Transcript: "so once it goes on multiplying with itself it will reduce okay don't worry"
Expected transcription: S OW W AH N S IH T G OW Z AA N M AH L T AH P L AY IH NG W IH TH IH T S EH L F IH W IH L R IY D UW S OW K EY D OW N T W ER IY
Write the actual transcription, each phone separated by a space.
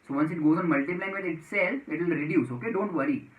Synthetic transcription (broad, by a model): S OW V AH N S IH T G OW Z AA N M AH L T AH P L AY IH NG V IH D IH T S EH L IH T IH L R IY D UW S OW K EY D OW N T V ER IY